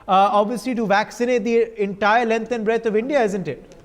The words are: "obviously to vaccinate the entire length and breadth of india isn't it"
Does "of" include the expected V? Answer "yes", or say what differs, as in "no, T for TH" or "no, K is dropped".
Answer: yes